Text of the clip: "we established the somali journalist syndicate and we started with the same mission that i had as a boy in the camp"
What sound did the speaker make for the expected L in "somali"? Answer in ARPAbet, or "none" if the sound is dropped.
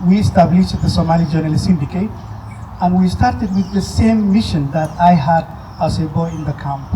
L